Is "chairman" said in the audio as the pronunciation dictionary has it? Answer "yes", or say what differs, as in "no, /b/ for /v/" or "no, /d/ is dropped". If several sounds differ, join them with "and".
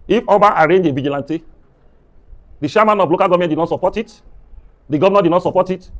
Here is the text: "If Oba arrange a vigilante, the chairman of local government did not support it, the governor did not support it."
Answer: no, /ʃ/ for /tʃ/